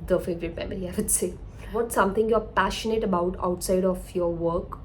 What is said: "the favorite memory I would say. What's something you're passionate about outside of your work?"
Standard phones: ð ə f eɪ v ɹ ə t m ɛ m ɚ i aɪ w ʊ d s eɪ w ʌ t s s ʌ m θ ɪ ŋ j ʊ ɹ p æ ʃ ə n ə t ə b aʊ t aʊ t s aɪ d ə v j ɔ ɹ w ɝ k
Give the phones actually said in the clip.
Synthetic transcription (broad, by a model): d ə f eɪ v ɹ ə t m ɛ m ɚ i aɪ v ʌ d s eɪ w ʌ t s s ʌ m t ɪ ŋ j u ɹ p æ ʃ ə n ə t ə b aʊ t aʊ t s aɪ d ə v j ɔ ɹ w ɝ k